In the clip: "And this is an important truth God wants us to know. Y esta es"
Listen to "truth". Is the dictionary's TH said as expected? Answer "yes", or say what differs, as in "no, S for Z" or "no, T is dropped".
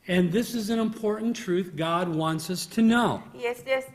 yes